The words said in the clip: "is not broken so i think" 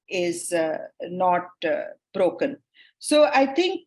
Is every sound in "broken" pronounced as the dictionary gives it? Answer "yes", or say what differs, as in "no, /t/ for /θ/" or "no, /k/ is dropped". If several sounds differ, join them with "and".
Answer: yes